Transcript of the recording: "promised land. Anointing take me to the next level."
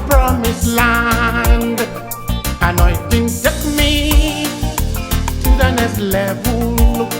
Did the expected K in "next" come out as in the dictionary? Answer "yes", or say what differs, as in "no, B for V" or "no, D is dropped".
no, K is dropped